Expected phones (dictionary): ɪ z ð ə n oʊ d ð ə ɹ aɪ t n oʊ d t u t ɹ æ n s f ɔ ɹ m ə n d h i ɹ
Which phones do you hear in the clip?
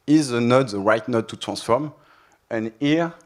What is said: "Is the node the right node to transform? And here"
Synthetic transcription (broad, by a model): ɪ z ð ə n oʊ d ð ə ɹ aɪ t n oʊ d t u t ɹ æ s f ɔ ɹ m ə n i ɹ